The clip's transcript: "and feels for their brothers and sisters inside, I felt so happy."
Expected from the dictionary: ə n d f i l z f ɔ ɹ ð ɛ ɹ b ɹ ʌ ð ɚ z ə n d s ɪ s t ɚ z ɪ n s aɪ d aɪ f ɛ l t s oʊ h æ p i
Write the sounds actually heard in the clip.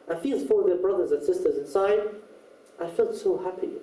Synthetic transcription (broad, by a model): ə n f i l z f ɔ ɹ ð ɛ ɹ b ɹ ʌ ð ɚ z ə n s ɪ s t ɚ z ɪ n s aɪ d aɪ f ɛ l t s oʊ h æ p i